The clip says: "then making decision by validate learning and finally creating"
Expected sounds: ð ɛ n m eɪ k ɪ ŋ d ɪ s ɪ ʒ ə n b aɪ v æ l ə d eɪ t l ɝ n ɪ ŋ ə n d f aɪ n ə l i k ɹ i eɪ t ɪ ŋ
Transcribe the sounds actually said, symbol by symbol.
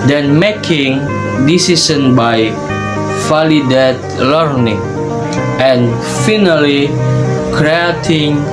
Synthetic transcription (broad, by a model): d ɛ n m eɪ k ɪ ŋ d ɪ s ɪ s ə n b aɪ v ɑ l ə d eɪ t l ɝ n ɪ ŋ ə n f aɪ n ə l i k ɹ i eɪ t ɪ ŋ